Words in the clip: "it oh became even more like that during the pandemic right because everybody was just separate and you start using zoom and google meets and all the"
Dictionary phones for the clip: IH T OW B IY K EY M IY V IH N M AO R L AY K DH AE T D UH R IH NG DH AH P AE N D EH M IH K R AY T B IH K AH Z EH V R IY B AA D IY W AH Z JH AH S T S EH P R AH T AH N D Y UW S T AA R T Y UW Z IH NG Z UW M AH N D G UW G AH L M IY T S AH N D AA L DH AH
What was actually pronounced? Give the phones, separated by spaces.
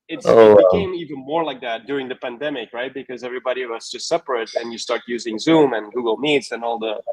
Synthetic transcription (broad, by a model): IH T OW B IY K EY M IY V IH N M AO R L AY K DH AE T D UH R IH NG DH AH P AE N D EH M IH K R AY T B IH K AH Z EH V R IY B AA D IY W AH Z JH AH S T S EH P R AH T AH N Y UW S T AA R T Y UW Z IH NG Z UW M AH N G UW G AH L M IY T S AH N AA L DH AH